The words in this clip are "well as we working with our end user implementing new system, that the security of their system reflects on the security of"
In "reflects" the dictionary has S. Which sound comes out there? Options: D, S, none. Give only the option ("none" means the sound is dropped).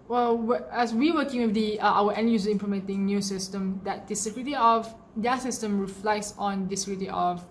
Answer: S